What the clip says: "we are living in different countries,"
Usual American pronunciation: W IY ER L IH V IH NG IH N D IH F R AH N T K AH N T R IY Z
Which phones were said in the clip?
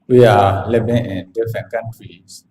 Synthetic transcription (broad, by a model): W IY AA L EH B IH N IH N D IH F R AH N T K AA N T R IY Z